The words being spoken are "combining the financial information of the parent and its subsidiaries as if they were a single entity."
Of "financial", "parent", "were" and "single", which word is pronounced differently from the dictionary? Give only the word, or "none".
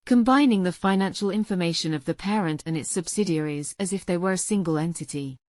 none